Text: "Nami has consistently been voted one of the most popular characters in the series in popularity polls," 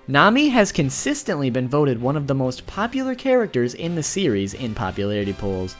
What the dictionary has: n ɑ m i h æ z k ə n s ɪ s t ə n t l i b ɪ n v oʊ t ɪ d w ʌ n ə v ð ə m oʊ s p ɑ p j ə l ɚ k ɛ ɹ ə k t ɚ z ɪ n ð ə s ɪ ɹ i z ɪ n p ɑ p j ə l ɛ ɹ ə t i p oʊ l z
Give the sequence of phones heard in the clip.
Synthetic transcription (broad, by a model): n ɑ m i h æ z k ə n s ɪ s t ə n t l i b ɪ n v oʊ t ɪ d w ʌ n ə v ð ə m oʊ s p ɑ p j l ɚ k ɛ ɹ ə k t ɚ z ɪ n ð ə s ɪ ɹ i z ɪ n p ɑ p j ə l ɛ ɹ ə t i p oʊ l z